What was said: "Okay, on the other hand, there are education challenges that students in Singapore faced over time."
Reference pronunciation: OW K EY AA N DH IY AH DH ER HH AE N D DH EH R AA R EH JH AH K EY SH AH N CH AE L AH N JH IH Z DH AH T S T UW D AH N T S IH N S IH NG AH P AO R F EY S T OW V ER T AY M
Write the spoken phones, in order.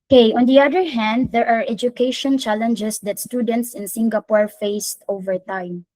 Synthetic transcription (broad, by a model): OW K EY AA N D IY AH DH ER HH AE N D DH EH R AA R EH JH AH K EY SH AH N CH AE L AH N JH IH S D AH T S T UW D AH N T S IH N S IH NG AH P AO R F EY S T OW V ER T AY M